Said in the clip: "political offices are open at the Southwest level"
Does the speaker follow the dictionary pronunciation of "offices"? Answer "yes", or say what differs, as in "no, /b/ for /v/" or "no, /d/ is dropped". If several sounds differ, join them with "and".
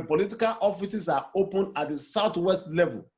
no, /s/ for /z/